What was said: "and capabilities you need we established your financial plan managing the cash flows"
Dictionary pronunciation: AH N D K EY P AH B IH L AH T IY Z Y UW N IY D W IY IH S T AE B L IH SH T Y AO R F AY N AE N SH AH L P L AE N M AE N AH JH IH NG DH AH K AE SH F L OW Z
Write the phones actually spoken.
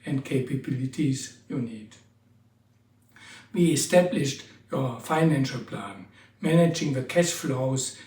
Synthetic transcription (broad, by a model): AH N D K EY P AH B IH L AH T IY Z Y UW N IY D W IY IH S T AE B L IH SH T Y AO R F AY N AE N SH AH L P L AE N M AE N AH JH IH NG DH AH K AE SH F L OW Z